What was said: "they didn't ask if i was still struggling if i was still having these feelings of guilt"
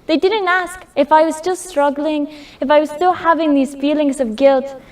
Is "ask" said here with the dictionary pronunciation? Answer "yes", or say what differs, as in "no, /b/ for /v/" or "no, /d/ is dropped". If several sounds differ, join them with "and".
yes